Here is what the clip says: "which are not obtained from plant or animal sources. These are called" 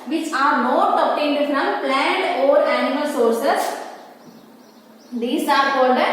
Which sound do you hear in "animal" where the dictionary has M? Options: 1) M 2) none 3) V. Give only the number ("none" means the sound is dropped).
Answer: 1